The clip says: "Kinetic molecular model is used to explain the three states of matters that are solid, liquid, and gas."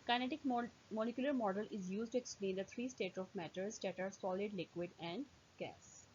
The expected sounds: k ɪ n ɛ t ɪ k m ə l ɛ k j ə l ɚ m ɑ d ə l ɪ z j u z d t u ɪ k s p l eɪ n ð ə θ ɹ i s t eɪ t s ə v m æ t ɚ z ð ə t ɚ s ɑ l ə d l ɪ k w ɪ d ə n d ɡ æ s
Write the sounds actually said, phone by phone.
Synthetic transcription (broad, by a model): k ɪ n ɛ t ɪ k m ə l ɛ k j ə l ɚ m ɑ d ə l ɪ z j u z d t u ɪ k s p l eɪ n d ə t ɹ i s t eɪ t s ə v m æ t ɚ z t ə t ɚ s ɑ l ə d l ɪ k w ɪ d ə n d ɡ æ s